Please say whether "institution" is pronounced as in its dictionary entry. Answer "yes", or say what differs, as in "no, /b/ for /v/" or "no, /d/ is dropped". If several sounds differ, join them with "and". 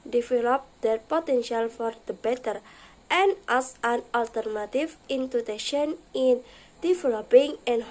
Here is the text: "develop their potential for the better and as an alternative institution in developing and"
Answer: no, /s/ is dropped